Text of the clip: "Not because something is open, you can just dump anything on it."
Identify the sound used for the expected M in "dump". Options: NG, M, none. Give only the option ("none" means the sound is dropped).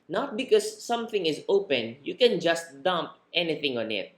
M